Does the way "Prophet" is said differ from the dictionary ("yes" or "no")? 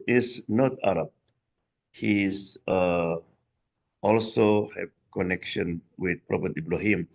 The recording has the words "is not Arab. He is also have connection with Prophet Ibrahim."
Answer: yes